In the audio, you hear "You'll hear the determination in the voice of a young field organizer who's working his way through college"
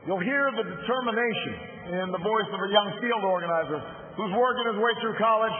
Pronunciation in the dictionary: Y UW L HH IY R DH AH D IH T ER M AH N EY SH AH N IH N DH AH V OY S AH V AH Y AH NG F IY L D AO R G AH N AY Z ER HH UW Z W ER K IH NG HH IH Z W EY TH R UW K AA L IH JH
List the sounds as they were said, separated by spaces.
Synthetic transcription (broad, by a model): Y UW L HH IY R DH AH D IH T ER M AH N EY SH AH N IH N DH AH V OY S AH V AH Y AH NG F IY L D AO R G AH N AY Z ER HH UW Z W ER K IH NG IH Z W EY TH R UW K AA L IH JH